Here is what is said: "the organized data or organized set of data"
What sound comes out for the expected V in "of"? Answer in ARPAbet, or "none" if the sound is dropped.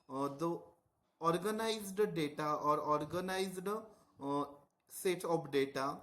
P